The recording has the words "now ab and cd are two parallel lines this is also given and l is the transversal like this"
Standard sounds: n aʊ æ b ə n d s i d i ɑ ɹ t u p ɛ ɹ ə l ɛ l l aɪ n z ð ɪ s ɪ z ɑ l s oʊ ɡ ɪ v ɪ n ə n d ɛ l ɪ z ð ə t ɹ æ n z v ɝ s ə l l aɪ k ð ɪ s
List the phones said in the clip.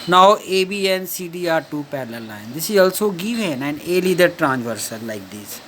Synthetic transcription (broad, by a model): n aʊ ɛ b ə n s i d i ɑ ɹ t u p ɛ l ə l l l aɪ n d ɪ s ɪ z ɑ l s oʊ ɡ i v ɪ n ə n d ɛ l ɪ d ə t ɹ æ n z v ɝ s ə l l aɪ k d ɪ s